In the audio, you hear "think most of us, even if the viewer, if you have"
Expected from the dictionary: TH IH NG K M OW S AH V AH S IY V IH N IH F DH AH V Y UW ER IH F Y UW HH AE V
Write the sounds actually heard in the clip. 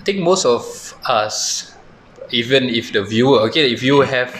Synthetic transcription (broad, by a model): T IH NG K M OW S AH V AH S IY V IH N IH F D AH V Y UW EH IH F Y UW HH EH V